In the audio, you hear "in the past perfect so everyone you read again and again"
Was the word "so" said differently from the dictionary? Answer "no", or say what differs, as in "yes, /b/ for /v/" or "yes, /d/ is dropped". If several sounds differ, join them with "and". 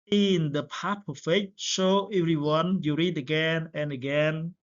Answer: yes, /ʃ/ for /s/